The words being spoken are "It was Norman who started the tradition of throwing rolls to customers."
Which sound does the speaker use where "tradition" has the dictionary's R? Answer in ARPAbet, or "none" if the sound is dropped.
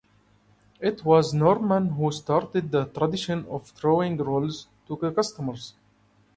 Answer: R